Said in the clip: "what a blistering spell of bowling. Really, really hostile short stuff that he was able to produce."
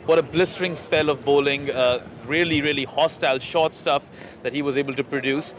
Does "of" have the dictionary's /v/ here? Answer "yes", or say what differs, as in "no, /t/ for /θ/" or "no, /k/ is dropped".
yes